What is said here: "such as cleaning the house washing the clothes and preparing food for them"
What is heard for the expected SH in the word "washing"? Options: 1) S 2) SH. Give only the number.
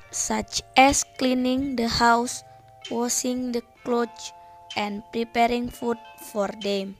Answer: 1